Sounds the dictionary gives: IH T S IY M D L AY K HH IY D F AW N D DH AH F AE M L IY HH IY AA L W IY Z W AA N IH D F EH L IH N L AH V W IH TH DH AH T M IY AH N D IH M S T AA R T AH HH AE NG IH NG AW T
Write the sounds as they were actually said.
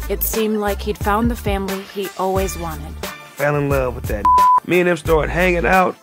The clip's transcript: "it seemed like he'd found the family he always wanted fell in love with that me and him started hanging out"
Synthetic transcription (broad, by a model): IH T S IY M D L AY K HH IY D F AW N DH AH F AE M L IY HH IY AA L W IY Z W AA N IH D F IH L IH N L AH V W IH DH AH T M IY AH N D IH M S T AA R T HH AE NG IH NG AW T